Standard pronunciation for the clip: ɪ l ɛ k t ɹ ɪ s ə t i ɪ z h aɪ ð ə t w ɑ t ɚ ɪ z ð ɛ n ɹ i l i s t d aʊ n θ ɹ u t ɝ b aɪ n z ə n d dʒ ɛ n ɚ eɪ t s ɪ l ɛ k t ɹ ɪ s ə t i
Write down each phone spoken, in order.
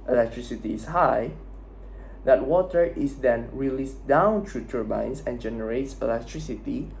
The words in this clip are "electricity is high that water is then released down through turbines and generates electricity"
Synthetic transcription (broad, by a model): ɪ l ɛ k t ɹ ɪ s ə t i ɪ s h aɪ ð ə t w ɑ t ɚ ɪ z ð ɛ n ɹ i l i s d aʊ n t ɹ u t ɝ b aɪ n s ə n dʒ ɛ n ɚ eɪ t s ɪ l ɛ k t ɹ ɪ s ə t i